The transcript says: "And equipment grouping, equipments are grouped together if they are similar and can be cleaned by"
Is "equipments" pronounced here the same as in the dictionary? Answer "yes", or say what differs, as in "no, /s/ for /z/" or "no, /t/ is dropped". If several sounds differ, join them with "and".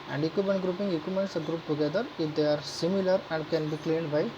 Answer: no, /p/ is dropped